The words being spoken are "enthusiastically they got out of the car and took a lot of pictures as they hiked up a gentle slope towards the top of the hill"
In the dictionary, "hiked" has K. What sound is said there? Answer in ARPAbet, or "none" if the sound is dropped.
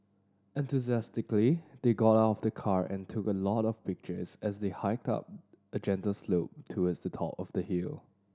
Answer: K